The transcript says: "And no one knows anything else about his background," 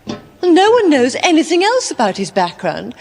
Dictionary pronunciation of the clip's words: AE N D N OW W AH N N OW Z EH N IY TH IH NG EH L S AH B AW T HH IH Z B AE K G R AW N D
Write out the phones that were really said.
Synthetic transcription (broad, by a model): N N OW W AH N N OW Z EH N IY TH IH NG EH L S AH B AW T HH IH Z B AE K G R AW N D